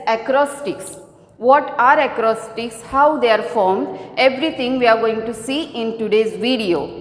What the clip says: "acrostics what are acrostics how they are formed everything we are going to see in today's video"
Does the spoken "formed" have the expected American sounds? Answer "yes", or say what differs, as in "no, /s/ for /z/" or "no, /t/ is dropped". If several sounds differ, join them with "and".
yes